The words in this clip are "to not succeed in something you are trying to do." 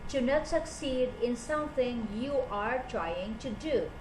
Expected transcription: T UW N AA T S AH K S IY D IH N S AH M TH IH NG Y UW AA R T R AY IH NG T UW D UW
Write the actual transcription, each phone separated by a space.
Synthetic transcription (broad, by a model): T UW N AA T S AH K S IY D IH N S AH M T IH NG Y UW AA R T R AY IH NG T UW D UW